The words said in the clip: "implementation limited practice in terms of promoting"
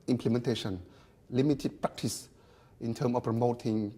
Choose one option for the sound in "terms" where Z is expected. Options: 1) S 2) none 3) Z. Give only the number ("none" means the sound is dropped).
2